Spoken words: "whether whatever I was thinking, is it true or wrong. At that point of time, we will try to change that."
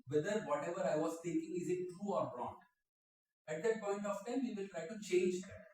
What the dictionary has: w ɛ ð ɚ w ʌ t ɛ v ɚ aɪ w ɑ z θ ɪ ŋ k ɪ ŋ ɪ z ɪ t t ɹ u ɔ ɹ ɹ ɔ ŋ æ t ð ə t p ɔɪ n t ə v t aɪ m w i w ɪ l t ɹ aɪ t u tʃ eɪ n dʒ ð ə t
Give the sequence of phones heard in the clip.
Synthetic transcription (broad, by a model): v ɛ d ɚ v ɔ t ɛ v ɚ aɪ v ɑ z t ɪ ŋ k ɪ ŋ ɪ z ɪ t t ɹ u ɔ ɹ ɹ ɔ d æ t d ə t p ɔɪ n t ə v t aɪ m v i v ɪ l t ɹ aɪ t u tʃ eɪ n dʒ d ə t